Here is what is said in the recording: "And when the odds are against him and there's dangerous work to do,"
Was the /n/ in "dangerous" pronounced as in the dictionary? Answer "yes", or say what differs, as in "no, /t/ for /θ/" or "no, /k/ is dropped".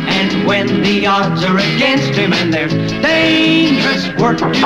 no, /n/ is dropped